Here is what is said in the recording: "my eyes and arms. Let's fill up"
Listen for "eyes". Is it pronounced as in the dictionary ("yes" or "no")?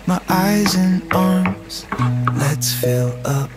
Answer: yes